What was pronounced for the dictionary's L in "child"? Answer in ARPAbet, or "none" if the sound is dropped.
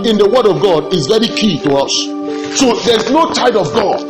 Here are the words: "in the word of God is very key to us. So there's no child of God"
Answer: none